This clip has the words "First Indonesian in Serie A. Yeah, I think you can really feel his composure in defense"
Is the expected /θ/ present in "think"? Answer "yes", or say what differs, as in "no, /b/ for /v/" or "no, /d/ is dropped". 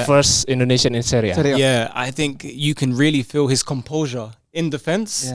yes